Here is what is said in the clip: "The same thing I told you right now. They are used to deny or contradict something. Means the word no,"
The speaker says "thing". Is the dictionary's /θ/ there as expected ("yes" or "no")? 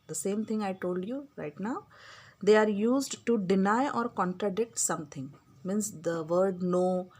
no